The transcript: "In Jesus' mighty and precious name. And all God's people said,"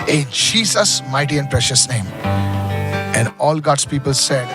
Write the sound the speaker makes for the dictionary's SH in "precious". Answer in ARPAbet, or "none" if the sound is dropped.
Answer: SH